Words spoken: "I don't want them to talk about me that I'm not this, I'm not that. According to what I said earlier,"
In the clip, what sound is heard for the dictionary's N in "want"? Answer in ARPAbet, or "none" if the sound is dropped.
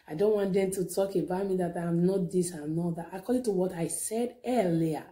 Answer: N